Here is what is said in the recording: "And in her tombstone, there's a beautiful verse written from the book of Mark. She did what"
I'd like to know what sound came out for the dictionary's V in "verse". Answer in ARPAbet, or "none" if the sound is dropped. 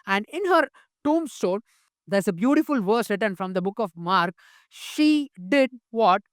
V